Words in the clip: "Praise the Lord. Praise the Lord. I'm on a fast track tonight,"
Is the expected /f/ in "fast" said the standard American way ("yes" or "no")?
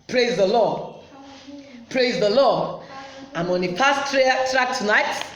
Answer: no